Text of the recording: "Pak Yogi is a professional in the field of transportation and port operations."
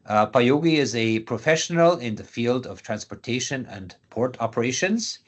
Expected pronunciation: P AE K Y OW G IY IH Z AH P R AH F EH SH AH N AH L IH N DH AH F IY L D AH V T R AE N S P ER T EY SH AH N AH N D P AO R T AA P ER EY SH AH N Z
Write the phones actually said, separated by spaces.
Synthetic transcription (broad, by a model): P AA Y OW G IY IH Z AH P R AH F EH SH AH N AH L IH N DH AH F IY L D AH V T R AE N S P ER T EY SH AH N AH N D P AO R T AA P ER EY SH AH N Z